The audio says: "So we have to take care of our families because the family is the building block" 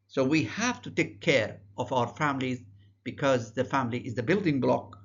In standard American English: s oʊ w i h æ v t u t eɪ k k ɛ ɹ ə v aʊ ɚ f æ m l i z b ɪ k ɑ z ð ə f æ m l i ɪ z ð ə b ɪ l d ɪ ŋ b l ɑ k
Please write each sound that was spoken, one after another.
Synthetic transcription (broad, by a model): s oʊ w i h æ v t u t eɪ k k ɛ ɹ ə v aʊ ɚ f æ m l i z b ɪ k ɑ z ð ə f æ m l i ɪ z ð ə b ɪ l d ɪ ŋ b l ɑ k